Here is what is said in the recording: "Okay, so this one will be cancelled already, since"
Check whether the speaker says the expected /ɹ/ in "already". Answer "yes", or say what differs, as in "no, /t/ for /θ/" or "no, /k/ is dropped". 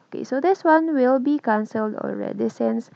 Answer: yes